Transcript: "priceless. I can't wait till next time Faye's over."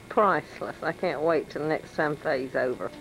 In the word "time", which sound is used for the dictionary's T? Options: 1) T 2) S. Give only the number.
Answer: 2